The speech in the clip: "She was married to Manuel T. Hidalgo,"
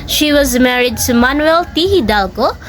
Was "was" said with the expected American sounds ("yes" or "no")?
yes